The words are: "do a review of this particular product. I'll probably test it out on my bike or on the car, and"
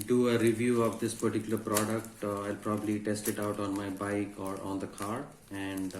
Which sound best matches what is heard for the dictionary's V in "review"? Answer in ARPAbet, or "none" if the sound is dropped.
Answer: V